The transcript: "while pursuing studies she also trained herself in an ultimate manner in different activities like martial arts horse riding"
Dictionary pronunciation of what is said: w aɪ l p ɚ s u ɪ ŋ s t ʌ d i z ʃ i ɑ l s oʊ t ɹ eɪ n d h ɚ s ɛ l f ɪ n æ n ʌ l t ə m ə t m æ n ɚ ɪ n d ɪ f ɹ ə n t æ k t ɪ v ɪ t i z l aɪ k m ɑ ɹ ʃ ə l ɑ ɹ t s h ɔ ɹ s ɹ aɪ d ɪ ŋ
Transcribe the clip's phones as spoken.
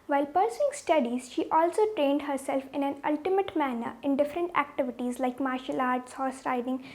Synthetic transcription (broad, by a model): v aɪ l p ɚ s u ɪ ŋ s t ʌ d i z ʃ i ɑ l s oʊ t ɹ eɪ n d h ɚ s ɛ l f ɪ n æ n ʌ l t ə m ə t m æ n ɚ ɪ n d ɪ f ɹ ə n t æ k t ɪ v ɪ t i z l aɪ k m ɑ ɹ ʃ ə l ɑ ɹ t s h ɔ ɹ s ɹ aɪ d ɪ ŋ